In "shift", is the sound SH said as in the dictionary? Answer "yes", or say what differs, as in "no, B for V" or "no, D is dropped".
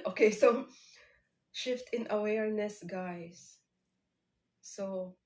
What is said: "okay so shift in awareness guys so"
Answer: yes